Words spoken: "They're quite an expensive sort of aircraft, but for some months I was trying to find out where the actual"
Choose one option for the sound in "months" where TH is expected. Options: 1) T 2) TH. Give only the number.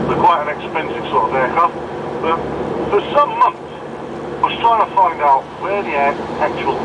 2